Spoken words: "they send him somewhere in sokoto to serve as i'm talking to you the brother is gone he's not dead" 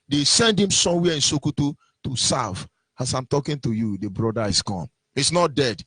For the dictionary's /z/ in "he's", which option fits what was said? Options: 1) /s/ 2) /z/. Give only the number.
1